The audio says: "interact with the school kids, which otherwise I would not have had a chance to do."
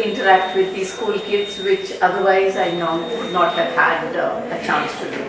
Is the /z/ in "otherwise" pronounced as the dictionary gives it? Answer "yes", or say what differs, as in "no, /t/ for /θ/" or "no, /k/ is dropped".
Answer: yes